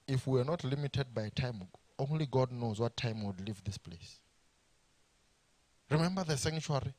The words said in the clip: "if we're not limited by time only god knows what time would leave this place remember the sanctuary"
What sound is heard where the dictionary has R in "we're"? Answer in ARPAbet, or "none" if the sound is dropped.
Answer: W